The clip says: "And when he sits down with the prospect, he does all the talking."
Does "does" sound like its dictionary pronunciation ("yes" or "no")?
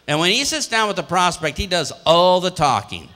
yes